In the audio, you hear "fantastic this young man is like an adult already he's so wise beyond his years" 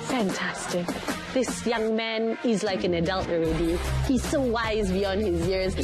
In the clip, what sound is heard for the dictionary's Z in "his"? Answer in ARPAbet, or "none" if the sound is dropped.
Z